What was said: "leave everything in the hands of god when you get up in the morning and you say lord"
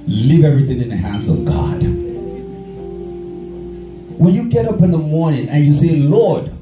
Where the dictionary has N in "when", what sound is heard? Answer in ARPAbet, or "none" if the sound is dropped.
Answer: L